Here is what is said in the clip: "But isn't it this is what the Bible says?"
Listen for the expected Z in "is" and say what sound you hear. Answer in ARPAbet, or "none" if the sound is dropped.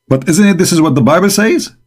Z